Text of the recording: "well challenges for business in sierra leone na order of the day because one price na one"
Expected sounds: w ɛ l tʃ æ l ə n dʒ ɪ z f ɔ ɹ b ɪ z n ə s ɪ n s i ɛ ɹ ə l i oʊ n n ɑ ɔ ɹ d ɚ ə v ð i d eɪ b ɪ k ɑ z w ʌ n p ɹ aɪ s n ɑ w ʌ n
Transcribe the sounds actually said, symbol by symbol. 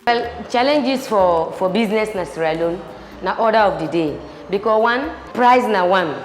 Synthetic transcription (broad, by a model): w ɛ l tʃ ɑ l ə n dʒ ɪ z f ɔ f b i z n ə s n s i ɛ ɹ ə l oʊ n n ɑ ɔ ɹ d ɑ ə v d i d eɪ b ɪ k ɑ w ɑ n p ɹ aɪ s n ɑ w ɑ n